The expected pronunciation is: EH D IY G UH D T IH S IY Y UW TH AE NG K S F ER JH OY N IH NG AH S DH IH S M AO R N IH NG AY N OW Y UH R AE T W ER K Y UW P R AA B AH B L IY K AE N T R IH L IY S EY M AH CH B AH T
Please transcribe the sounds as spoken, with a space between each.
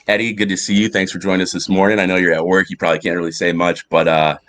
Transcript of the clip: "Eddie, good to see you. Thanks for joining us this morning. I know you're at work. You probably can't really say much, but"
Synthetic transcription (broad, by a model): EH D IY G UH D T IH S IY Y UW TH AE NG K S F ER JH OY N IH NG AH S DH IH S M AO R N IH NG AY N OW Y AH R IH T W ER K Y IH P R AA B AH B L IY K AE N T R IH L IY S EY M AH CH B AH T